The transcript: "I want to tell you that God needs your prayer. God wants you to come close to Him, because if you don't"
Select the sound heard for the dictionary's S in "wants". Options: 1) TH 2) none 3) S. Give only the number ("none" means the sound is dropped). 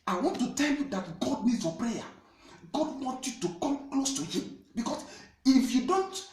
2